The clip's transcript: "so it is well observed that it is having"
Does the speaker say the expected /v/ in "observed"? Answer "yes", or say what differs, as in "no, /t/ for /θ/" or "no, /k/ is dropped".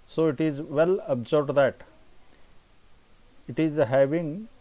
no, /b/ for /v/